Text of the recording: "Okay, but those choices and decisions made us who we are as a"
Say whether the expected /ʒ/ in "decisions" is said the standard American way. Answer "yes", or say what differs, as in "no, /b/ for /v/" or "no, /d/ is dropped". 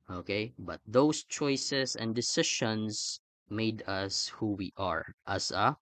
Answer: no, /ʃ/ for /ʒ/